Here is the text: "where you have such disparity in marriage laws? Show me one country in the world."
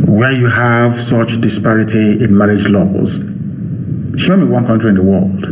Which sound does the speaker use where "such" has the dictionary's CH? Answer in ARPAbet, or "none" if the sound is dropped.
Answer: CH